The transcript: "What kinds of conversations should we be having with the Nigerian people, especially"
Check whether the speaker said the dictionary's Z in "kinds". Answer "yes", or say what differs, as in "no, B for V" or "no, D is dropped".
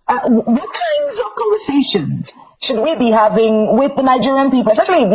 yes